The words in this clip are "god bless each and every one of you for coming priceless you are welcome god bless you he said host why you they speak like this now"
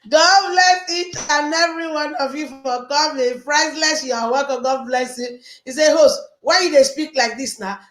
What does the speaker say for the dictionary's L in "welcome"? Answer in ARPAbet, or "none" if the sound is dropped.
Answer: none